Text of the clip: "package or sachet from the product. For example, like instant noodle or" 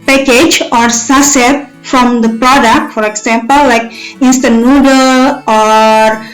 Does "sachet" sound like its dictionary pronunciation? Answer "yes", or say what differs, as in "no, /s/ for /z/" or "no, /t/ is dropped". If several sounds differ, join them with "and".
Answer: no, /s/ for /ʃ/